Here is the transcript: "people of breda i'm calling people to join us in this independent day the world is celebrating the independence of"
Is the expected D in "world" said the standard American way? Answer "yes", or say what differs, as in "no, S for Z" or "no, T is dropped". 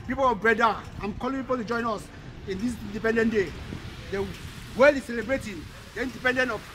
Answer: no, D is dropped